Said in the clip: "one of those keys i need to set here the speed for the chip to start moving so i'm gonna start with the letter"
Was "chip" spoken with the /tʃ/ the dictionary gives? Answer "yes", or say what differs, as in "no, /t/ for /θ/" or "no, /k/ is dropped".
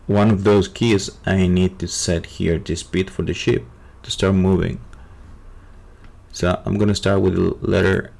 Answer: no, /ʃ/ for /tʃ/